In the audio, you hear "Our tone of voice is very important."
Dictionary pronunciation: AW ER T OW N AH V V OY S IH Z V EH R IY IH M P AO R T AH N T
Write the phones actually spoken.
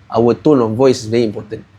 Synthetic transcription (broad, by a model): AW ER T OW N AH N V OY S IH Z V EH R IY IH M P AO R T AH N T